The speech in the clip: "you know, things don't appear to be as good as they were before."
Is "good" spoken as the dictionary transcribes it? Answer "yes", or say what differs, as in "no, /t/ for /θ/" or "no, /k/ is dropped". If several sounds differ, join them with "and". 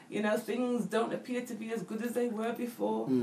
yes